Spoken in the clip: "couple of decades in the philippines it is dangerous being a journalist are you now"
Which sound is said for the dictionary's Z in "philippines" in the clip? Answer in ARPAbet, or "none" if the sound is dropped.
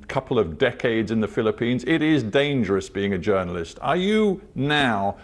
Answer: Z